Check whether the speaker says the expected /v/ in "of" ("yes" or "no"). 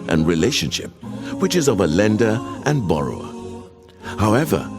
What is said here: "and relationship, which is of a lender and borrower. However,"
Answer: yes